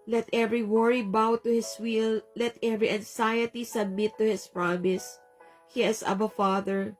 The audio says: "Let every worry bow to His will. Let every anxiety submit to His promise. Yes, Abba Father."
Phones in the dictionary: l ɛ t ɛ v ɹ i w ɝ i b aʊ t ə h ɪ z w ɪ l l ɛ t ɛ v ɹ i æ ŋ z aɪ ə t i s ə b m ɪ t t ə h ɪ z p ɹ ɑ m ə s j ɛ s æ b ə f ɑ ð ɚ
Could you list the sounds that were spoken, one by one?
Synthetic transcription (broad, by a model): l ɛ t ɛ v ɹ i w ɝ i b aʊ t ə h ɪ s w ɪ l l ɛ t ɛ v ɹ i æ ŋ s aɪ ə t i s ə b m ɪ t t ə h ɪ s p ɹ ɑ m ə s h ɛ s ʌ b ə f ɑ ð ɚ